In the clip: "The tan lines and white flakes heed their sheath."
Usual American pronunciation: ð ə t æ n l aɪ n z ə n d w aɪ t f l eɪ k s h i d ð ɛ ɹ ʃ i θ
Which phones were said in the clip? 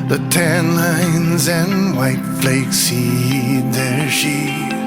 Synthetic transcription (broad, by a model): ð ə t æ n l aɪ n z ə n w aɪ t f l eɪ k s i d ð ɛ ɹ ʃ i